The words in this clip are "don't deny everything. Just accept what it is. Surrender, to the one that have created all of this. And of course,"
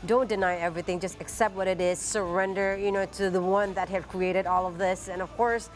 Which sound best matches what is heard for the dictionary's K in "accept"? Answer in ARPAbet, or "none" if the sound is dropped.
K